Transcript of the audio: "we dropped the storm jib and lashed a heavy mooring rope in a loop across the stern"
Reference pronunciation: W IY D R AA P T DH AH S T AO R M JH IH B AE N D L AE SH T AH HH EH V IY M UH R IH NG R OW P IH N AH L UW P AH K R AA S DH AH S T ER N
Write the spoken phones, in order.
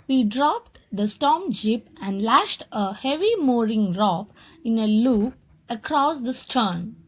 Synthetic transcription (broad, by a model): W IY D R AA P T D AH S T AO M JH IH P AE N D L AE SH T AH HH EH V IY M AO R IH NG R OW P IH N AH L UW P AH K R AA S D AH S T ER N